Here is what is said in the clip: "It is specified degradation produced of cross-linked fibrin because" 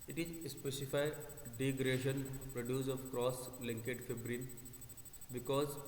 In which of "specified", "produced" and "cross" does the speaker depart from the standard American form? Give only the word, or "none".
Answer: produced